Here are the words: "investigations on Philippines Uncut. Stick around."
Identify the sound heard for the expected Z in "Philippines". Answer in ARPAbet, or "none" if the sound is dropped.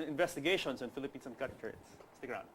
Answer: S